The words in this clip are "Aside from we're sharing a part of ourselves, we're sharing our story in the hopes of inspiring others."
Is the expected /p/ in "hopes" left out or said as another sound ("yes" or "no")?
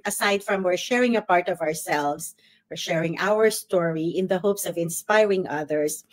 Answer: no